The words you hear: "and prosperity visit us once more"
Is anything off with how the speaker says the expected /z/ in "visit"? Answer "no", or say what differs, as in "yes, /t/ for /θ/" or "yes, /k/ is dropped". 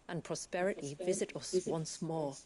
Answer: no